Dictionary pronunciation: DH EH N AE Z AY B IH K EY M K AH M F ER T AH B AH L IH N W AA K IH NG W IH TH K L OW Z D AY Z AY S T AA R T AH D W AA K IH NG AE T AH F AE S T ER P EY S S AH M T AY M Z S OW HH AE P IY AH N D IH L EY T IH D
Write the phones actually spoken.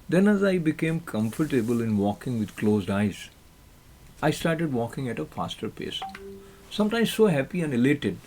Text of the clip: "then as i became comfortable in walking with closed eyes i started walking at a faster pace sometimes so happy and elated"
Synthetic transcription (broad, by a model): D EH N AE Z AY B IH K EY M K AH M F ER T AH B AH L IH N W AA K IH NG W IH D K L OW Z D AY Z AY S T AA R T AH D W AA K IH NG AE T AH F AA S T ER P EY S S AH M T AY M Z S OW HH AE P IY AH N D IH L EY T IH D